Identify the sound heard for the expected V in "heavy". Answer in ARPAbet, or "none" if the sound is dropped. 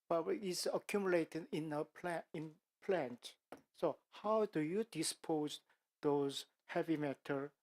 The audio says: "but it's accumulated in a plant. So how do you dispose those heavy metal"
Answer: V